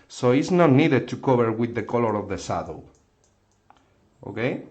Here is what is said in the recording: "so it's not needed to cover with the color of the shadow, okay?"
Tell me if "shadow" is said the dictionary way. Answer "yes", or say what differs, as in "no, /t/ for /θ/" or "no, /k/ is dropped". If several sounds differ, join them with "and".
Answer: no, /s/ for /ʃ/